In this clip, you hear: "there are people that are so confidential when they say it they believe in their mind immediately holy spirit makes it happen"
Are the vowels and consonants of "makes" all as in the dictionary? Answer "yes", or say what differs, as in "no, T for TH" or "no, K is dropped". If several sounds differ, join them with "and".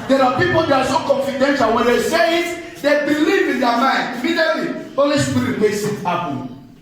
no, K is dropped